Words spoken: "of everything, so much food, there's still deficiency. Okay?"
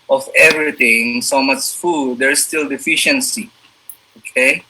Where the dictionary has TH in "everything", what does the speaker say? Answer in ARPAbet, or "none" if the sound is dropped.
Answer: T